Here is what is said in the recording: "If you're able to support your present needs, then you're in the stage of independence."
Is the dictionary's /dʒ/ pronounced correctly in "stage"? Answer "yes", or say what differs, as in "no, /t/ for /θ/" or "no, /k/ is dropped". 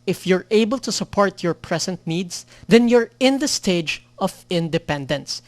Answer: yes